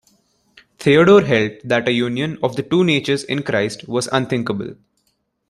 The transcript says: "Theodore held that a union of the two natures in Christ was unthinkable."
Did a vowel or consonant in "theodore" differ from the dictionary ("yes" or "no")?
yes